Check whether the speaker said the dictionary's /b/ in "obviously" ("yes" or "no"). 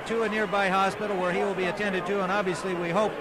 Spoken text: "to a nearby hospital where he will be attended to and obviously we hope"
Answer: yes